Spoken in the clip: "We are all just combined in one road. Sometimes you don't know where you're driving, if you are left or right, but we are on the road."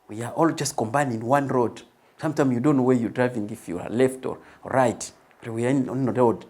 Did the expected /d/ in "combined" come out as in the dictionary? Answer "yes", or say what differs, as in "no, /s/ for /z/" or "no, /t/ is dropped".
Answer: no, /d/ is dropped